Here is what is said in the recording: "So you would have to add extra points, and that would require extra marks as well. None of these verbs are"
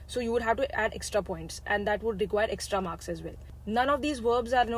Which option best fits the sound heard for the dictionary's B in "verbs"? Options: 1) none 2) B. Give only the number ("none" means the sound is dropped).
2